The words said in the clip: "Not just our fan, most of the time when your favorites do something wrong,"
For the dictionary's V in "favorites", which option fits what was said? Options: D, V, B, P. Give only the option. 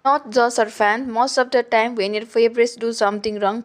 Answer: B